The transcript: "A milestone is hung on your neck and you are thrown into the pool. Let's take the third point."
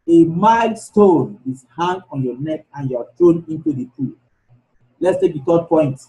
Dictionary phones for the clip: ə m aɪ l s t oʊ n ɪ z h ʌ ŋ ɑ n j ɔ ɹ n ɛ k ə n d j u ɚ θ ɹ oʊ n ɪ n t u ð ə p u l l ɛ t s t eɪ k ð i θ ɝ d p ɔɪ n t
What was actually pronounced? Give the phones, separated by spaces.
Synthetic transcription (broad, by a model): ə m aɪ l s t oʊ n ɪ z h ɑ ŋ ɑ n j ɔ n ɛ k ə n j u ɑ t ɹ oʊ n ɪ n t u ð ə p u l l ɛ t s t eɪ k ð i t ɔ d p ɔɪ n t